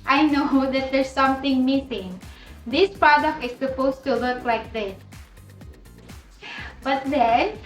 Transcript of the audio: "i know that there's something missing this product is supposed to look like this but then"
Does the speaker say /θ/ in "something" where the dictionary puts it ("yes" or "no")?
no